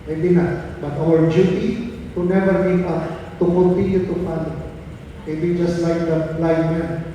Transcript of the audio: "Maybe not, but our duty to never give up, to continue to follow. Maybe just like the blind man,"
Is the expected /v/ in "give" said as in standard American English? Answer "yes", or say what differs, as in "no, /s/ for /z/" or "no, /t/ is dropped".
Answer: no, /p/ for /v/